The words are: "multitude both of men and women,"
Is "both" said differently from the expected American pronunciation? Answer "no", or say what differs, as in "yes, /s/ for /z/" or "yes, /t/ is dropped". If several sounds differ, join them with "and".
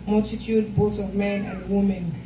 yes, /t/ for /θ/